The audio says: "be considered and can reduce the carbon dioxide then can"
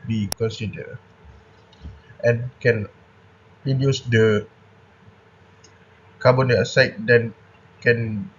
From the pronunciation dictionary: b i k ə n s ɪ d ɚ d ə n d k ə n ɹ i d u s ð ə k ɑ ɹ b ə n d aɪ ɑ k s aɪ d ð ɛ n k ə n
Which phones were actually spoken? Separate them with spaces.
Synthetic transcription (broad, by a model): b i k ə n s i d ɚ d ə n k ə n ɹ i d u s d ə k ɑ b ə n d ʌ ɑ s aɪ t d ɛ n k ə n